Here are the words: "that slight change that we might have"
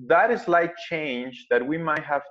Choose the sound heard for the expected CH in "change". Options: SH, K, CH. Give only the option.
CH